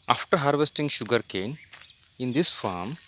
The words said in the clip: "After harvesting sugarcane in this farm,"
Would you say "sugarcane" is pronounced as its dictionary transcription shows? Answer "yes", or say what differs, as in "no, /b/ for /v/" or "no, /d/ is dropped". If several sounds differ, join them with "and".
yes